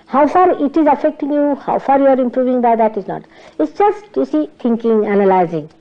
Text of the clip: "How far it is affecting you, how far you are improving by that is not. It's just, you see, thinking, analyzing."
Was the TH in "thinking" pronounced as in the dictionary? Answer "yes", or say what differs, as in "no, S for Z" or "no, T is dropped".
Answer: no, T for TH